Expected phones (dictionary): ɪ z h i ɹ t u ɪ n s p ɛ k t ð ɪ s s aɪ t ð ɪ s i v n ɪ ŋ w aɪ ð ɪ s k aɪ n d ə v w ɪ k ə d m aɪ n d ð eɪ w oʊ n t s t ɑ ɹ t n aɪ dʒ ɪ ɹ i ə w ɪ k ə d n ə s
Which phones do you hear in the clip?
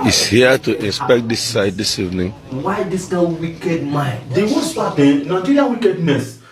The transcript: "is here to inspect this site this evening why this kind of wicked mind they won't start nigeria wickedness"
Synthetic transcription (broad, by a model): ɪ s h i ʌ t u ɪ n s p ɛ k t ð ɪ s s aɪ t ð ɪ s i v n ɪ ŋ w aɪ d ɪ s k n ə w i k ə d m aɪ n d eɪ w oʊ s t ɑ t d n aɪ dʒ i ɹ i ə w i k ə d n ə s